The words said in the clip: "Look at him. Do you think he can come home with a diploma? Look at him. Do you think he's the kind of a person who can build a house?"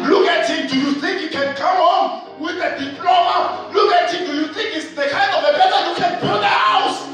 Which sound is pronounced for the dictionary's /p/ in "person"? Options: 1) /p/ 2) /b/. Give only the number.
2